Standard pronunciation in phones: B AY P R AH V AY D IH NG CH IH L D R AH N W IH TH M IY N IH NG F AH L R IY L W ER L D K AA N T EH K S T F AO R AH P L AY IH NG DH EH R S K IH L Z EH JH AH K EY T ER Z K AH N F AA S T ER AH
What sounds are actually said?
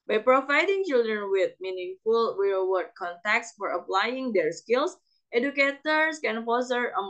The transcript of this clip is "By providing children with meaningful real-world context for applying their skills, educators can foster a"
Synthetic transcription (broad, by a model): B AY P R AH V AY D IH NG CH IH L D R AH N W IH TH M IY N IH NG F AH L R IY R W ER D K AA N T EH K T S F AO R AH P L AY IH NG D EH R S K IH L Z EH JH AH K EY T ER S K AH N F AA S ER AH